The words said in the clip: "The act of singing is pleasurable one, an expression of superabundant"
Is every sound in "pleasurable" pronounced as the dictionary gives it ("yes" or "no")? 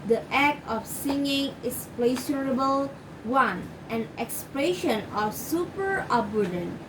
no